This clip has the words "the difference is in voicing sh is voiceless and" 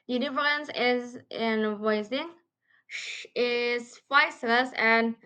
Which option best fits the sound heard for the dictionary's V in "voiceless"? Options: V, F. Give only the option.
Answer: F